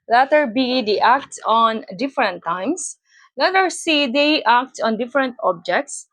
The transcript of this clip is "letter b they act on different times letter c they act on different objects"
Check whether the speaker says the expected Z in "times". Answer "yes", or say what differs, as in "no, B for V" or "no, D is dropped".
no, S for Z